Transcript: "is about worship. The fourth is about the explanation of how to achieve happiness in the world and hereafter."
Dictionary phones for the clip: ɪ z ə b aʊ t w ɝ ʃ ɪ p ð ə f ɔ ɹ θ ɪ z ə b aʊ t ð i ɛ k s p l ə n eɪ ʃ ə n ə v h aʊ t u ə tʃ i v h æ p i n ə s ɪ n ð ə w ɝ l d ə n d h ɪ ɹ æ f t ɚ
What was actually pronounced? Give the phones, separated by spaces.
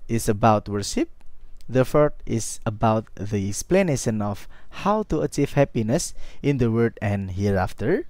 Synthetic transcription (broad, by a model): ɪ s ə b aʊ t w ɝ ʃ ɪ p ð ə f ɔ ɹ t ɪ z ə b aʊ t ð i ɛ k s p l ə n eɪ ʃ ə n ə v h aʊ t u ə tʃ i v h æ p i n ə s ɪ n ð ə w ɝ d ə n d h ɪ ɹ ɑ f t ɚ